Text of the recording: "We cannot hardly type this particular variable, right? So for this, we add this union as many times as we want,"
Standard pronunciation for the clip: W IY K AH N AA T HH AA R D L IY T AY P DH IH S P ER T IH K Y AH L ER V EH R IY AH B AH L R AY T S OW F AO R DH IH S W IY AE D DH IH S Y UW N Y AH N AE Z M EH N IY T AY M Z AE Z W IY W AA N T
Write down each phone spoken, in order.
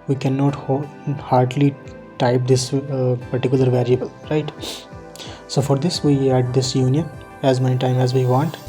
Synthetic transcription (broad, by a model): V IY K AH N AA T HH AA R D L IY T AY P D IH S P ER T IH K Y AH L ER V EH R IY AH B AH L R AY T S OW F AO R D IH S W IY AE D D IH S Y UW N Y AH N AE Z M EH N IY T AY M AE Z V IY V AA N T